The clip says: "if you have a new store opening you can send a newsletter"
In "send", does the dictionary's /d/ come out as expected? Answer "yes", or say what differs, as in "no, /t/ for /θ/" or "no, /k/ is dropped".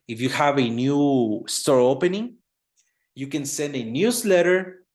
yes